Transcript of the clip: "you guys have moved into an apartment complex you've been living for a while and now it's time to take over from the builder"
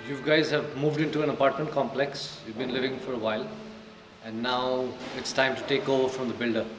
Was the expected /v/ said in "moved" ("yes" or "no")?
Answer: yes